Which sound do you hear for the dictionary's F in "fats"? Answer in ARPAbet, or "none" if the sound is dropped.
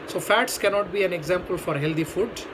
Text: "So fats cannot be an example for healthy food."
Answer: F